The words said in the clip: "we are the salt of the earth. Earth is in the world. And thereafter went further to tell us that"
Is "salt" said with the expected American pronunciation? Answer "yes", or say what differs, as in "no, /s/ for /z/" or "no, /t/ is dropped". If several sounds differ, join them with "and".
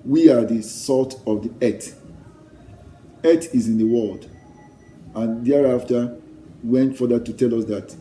no, /l/ is dropped